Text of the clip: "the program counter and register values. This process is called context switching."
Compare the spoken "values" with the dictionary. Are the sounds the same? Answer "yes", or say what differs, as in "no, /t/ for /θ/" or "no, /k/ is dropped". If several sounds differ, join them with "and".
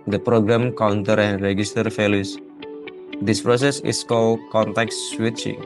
no, /f/ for /v/